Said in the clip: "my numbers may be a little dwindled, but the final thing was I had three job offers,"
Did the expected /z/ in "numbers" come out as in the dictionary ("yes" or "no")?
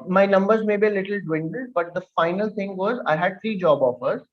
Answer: yes